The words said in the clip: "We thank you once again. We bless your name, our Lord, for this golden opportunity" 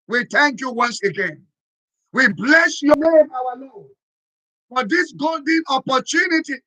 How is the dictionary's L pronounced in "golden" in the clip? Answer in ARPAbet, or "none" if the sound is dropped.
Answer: L